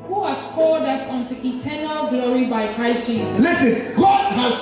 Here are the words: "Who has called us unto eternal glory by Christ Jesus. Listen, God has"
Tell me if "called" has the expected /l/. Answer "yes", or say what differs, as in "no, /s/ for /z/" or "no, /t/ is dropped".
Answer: no, /l/ is dropped